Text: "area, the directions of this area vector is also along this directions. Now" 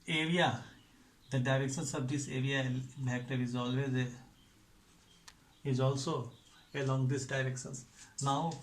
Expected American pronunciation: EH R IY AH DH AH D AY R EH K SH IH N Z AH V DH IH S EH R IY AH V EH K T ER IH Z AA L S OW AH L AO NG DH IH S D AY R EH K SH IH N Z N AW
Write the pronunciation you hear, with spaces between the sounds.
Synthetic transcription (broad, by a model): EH R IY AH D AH D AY R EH K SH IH N S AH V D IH S EH R IY AH P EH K T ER IH Z AA L S OW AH L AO NG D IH S D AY R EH K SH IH N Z N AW